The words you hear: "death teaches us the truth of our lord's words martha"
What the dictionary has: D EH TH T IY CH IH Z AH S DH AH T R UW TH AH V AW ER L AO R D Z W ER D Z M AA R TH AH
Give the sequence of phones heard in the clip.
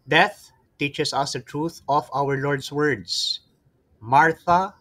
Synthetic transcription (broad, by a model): D EH TH T IY CH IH S AH S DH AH T R UW TH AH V AW ER L AO R D S W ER D S M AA R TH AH